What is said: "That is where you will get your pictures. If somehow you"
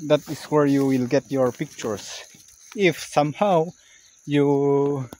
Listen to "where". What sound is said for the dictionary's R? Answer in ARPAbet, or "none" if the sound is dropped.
R